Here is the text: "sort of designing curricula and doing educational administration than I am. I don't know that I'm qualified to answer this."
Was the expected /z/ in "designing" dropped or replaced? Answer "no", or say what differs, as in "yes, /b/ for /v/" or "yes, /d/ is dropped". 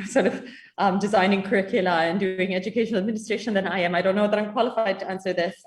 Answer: no